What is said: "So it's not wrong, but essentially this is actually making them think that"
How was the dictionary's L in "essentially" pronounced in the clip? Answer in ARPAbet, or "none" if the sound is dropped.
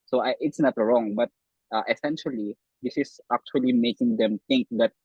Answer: L